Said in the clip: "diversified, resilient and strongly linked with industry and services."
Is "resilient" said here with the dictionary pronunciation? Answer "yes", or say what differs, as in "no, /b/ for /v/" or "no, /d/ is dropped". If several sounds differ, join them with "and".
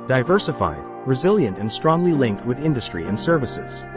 yes